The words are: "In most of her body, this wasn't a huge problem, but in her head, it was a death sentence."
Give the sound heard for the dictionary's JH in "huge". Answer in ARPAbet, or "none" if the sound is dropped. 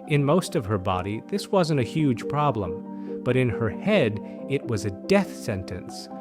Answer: ZH